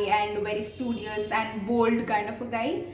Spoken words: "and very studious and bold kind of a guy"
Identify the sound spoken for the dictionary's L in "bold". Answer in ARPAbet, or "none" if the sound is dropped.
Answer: L